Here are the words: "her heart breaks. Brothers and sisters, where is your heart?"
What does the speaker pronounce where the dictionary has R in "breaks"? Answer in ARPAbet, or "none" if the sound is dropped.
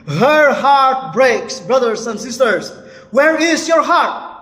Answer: R